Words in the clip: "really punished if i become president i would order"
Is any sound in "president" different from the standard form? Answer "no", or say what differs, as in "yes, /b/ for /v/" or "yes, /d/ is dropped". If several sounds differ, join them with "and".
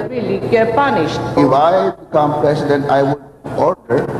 yes, /s/ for /z/